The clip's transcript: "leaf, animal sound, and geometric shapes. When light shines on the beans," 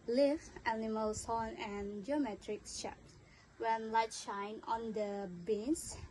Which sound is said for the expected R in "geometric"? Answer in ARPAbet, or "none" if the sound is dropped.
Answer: R